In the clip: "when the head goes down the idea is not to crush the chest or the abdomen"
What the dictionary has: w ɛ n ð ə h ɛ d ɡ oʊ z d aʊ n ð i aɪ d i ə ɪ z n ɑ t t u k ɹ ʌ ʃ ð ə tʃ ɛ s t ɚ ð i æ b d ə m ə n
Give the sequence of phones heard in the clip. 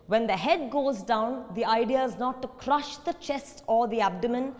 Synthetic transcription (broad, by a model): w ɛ n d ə h ɛ d ɡ oʊ z d aʊ n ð i aɪ d i ə ɪ z n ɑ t t u k ɹ ʌ ʃ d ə tʃ ɛ s t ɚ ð i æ b d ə m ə n